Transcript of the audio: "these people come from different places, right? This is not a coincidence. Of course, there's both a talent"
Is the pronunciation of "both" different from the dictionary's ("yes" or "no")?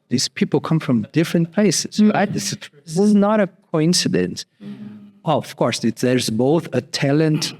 no